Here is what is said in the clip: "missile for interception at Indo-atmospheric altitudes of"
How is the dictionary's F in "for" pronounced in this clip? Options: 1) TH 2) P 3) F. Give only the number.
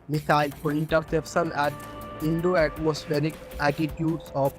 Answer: 2